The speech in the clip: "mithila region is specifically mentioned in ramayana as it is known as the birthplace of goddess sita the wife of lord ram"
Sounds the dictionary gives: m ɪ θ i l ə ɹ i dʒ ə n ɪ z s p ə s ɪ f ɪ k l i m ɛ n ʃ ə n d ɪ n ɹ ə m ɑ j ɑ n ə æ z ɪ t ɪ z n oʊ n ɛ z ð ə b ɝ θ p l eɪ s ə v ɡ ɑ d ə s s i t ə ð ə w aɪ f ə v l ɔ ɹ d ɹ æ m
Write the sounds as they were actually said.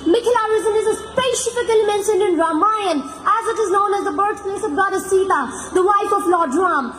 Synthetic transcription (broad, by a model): m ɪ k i l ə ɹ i z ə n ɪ z s p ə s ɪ f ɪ k l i m ɛ n ʃ ə n d ɪ n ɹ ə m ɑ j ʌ n æ z ɪ t ɪ z n oʊ n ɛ z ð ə b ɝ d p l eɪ s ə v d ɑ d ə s s i t ə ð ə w aɪ f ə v l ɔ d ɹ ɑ m